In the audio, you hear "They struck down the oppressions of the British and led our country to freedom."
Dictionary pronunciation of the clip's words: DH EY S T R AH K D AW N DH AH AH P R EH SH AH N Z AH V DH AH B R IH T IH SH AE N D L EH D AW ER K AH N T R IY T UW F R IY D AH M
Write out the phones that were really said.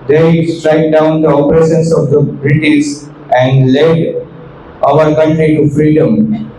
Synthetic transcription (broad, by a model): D EY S T R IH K D AW N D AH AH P R EH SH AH N S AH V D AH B R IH T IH S AE N D L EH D AW ER K AH N T R IY T UW F R IY D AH M